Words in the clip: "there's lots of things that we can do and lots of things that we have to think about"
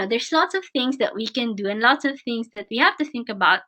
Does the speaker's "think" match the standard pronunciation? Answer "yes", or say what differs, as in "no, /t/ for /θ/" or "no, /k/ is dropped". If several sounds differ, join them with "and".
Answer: yes